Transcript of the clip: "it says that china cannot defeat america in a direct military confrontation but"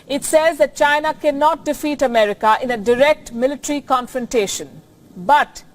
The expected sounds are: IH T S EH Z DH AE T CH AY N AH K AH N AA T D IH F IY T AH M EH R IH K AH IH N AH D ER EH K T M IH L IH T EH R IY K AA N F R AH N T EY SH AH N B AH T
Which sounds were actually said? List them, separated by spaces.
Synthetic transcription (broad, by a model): IH T S EH Z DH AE T CH AY N AH K AH N AA T D IH F IY T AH M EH R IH K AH IH N AH D ER EH K T M IH L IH T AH R IY K AA N F R AH N T EY SH AH N B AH T